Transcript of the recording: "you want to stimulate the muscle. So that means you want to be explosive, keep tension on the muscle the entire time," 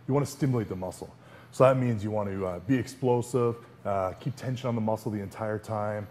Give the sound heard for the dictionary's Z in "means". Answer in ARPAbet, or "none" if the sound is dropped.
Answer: Z